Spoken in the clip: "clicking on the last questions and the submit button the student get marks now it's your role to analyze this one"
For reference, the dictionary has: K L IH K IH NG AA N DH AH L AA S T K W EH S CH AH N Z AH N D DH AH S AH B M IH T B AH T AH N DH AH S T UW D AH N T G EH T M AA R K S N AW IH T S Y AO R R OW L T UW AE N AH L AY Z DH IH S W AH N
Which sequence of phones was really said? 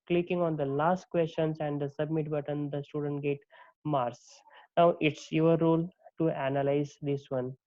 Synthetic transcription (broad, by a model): K L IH K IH NG AA N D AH L AA S T K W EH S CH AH N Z AH N D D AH S AH B M IH T B AH T AH N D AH S T UW D AH N T G EH T M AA R S N AW IH T S Y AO R R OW L T UW AE N AH L AY Z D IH S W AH N